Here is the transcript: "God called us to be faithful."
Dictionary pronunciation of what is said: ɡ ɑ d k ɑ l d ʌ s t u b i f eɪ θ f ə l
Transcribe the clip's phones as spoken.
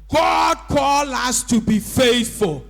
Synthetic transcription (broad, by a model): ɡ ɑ d k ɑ l ʌ s t u b i f eɪ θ f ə l